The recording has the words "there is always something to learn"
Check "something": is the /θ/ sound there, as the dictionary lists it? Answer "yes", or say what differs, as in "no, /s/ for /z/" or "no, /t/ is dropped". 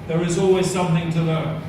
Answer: yes